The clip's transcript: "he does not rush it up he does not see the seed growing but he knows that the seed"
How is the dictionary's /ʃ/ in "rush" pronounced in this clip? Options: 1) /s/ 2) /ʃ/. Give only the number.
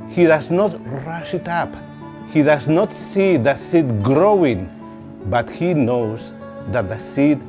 2